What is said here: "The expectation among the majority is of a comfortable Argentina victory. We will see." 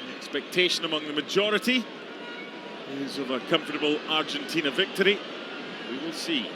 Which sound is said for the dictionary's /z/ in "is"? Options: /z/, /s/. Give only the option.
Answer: /z/